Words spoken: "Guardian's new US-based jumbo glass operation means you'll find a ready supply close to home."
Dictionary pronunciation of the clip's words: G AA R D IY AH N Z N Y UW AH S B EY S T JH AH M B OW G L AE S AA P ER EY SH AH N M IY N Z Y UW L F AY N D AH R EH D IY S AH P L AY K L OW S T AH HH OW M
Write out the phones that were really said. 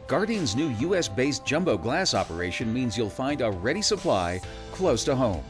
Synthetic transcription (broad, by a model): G AA R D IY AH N Z N Y UW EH S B EY S JH AH M B OW G L AE S AA P ER EY SH AH N M IY N Z Y UW L F AY N D AH R EH D IY S AH P L AY K L OW S T AH HH OW M